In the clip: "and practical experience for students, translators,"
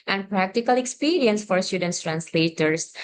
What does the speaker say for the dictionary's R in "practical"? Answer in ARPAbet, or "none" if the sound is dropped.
R